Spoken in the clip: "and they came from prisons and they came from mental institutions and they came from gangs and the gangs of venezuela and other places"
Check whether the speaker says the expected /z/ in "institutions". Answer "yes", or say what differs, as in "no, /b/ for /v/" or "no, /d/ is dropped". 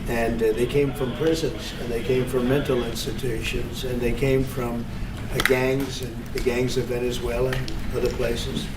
yes